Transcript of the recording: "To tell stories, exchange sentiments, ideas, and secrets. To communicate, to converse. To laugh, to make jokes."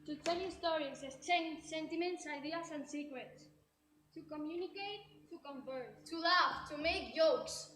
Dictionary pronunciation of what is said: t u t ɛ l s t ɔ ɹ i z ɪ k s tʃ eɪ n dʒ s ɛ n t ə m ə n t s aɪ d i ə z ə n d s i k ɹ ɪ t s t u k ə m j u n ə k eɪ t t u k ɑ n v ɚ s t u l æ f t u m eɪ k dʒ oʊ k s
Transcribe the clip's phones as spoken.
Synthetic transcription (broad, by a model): t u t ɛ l s t ɔ ɹ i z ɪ s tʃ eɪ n s ɛ n t ə m ə n t s aɪ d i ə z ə n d s i k ɹ ɪ t s t u k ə m j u n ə k eɪ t t u k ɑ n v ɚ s t u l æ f t u m eɪ k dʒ oʊ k s